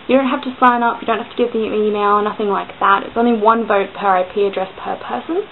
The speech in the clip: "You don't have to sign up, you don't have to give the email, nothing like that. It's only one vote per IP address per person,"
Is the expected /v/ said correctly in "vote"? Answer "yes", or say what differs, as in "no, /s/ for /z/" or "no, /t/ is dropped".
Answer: yes